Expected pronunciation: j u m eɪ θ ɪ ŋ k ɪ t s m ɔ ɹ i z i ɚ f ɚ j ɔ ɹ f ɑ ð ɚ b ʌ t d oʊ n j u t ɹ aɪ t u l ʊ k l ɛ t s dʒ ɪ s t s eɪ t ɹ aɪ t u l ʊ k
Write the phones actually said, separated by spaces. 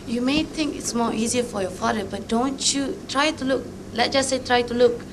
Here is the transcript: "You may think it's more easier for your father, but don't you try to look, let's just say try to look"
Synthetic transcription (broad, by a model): j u m eɪ t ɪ ŋ k ɪ t s m ɔ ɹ i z i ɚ f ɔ j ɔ f ɑ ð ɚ b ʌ t d oʊ n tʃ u t ɹ aɪ t u l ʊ k l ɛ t dʒ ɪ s s eɪ t ɹ aɪ t u l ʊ k